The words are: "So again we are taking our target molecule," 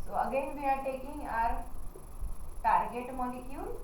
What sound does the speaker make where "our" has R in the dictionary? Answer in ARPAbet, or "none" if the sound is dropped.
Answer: R